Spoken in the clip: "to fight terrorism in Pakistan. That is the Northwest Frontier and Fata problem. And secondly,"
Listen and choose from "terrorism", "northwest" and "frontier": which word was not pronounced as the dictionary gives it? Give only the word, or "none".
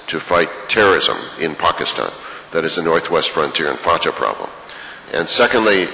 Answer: none